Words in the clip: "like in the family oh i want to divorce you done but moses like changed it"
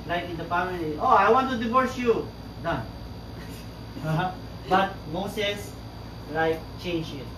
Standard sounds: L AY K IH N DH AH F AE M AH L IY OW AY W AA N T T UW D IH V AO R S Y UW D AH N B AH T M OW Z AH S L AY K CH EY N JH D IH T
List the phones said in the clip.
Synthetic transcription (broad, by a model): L AY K IH N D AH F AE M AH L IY OW AY W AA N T T UW D IH V AO R S Y UW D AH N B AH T M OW S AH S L AY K CH EY N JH IH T